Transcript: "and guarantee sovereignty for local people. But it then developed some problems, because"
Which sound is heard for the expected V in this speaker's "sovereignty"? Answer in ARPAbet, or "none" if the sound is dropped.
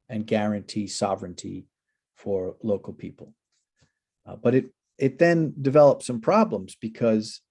V